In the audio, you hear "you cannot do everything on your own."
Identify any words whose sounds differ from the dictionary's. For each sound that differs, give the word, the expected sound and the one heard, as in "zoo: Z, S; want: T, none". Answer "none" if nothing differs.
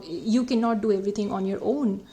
everything: TH, T